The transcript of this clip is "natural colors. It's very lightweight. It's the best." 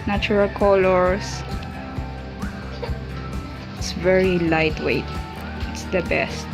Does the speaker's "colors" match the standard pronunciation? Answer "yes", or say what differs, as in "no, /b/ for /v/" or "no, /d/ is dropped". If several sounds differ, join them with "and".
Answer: no, /s/ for /z/